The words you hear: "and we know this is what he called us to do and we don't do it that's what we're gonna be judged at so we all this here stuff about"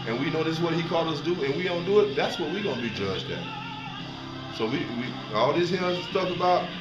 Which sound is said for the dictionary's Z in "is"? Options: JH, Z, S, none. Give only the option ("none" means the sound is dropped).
S